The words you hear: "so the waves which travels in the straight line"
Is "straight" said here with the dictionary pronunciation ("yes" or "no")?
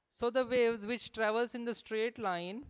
yes